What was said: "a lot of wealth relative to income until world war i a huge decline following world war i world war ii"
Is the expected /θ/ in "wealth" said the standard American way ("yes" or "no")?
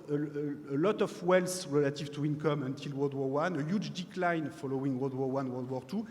no